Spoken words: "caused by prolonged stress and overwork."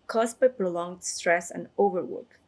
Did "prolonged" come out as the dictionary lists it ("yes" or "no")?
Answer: yes